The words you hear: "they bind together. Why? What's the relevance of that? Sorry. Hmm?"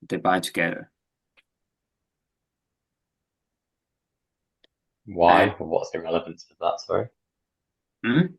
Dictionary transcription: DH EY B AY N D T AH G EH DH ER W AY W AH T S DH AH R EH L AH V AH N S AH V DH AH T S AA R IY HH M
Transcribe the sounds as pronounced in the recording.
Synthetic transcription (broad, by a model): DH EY B AY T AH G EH UH W AY W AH T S DH AH R EH L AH V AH N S AH V DH AH T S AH IY M